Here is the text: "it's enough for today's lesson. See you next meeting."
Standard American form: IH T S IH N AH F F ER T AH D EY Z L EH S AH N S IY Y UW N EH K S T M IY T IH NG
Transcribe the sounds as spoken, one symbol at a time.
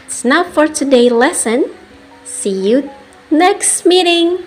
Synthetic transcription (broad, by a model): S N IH UH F F ER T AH D EY L EH S AH N S IY Y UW N EH K S T M IY T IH NG